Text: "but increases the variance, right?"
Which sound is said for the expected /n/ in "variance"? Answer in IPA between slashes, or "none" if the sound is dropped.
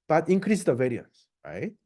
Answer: /n/